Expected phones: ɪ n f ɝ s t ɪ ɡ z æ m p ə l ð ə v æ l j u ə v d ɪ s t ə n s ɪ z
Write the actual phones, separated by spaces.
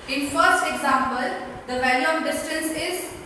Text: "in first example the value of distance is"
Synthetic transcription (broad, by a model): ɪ n f ɝ s t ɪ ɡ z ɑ m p ə l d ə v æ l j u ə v d ɪ s t ə n s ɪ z